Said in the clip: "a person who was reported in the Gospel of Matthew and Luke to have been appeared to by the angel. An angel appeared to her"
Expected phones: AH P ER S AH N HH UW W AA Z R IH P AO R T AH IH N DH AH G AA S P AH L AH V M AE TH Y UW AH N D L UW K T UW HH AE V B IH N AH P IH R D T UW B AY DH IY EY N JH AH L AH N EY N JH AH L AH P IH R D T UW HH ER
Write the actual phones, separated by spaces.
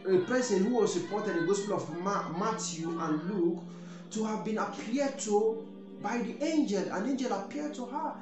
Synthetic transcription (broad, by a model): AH P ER S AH N HH UW W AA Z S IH P AO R T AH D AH G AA S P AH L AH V M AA T Y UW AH N L UW K T UW HH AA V B IH N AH P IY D T UW B AY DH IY EY N JH AH L AH N EY N JH AH L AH P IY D T UW HH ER